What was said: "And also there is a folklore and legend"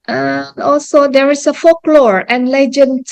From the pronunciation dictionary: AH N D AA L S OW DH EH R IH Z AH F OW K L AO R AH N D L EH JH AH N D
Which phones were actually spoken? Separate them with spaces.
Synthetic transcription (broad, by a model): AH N AA L S OW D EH R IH S AH F OW K L AO R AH N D L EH JH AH N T